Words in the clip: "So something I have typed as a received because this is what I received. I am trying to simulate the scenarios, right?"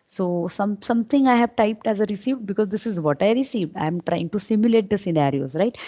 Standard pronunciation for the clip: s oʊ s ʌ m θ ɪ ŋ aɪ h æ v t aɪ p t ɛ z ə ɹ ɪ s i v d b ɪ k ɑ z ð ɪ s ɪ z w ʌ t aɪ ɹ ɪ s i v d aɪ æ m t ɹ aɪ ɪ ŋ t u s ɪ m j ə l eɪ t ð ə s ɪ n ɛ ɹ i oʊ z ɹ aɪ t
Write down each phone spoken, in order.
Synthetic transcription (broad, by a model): s oʊ s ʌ m t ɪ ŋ aɪ h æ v t aɪ p t ɛ z ə ɹ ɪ s i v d b ɪ k ɑ z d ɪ s ɪ z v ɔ t aɪ ɹ ɪ s i v d aɪ m t ɹ aɪ ɪ ŋ t u s ɪ m j ə l eɪ t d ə s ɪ n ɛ ɹ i oʊ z ɹ aɪ t